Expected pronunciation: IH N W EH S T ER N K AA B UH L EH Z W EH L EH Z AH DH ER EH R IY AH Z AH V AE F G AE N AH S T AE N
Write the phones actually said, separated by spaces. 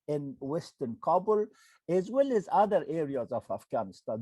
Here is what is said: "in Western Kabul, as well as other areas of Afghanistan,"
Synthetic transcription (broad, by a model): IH N W EH S T ER N K AA B UH L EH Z W EH L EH Z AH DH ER EH R IY AH Z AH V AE F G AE N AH S T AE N